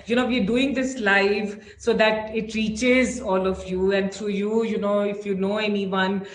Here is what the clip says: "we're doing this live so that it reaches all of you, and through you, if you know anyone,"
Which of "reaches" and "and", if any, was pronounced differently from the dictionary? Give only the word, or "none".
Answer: none